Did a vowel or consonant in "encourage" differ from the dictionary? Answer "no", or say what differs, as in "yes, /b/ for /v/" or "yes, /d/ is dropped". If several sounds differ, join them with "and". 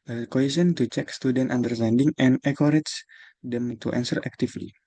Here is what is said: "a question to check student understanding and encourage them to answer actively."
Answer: yes, /n/ is dropped